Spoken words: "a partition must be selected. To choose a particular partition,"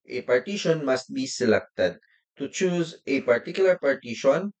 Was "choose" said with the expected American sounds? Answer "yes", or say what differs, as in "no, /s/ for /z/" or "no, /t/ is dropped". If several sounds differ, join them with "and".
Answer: yes